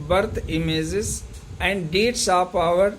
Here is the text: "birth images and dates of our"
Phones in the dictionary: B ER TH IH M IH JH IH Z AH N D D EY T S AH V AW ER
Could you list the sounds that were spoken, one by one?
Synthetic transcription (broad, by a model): B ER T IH M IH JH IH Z AH N D D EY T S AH P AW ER